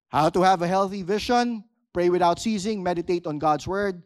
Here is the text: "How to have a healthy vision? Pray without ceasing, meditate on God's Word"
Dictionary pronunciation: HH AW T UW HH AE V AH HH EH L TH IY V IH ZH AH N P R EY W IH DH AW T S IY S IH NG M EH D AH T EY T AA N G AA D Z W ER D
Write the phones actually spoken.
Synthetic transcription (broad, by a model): HH AW T UW HH AE V AH HH EH L TH IY V IH SH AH N P R EY W IH DH AW T S IY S IH NG M EH D AH T EY T AA N G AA D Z W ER D